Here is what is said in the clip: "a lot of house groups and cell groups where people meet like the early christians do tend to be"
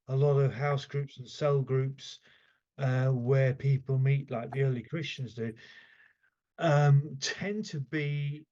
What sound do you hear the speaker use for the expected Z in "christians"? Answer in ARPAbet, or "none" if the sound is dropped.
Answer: Z